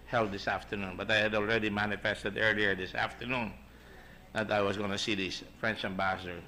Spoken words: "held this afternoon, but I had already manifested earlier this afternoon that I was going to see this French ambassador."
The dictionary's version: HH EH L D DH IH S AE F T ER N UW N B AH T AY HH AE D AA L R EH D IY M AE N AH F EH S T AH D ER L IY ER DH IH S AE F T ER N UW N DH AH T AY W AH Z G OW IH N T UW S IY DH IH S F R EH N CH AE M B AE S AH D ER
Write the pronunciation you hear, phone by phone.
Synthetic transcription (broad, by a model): HH EH L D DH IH S AE F T ER N UW N B AH T AY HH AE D AA L R EH D IY M AE N AH F EH S T AH D ER L IY ER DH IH S AE F T ER N UW N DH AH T AY W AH S G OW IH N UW S IY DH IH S F R EH N CH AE M B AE S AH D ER